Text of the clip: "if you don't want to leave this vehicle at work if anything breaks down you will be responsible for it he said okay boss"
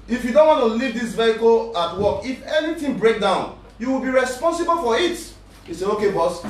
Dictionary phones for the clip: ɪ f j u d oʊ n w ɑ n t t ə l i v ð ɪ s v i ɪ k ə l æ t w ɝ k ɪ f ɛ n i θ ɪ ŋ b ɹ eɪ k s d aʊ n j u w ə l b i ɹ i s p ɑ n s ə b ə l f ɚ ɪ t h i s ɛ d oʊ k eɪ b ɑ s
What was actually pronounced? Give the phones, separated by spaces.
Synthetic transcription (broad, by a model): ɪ f j u d oʊ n w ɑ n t t ə l i v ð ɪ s v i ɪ k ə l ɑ t w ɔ k ɪ f ɛ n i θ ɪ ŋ b ɹ eɪ k d aʊ n j u w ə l b i ɹ i s p ɑ n s ə b ə l f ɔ ɪ t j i s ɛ oʊ k eɪ b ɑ s